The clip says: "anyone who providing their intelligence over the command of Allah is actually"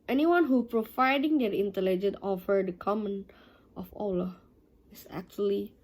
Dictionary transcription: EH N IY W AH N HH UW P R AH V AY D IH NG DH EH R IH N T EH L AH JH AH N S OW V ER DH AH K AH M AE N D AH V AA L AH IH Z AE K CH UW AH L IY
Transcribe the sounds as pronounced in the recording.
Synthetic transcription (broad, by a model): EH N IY W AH N HH UW P R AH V AY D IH NG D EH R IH N T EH L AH JH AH N OW F ER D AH K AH M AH N AH F AA L AH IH S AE K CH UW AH L IY